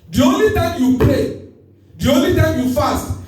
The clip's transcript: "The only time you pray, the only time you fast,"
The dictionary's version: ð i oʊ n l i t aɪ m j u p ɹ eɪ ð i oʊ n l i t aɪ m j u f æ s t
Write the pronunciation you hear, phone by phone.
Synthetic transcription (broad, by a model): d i oʊ n l i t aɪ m j u p l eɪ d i oʊ n l i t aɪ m j u f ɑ s t